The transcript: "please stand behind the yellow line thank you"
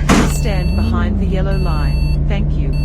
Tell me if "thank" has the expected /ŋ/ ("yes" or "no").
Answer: yes